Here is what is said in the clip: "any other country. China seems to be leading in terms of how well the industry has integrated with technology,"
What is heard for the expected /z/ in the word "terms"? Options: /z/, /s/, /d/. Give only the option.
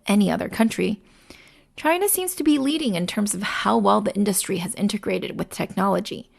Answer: /z/